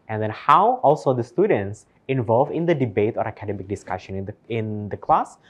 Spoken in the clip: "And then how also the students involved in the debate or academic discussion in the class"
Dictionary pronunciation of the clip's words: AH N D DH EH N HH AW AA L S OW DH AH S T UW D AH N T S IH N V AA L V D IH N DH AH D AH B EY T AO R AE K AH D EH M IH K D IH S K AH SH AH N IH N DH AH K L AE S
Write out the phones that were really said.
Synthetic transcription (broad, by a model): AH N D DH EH N HH AW AA L S OW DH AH S T UW D AH N T S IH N V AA L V IH N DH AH D AH B EY T AO R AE K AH D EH M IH K D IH S K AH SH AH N IH N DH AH K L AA S